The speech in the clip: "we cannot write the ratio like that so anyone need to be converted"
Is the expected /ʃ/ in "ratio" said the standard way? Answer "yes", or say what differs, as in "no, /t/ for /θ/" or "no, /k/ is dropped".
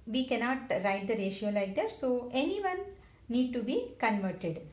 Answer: yes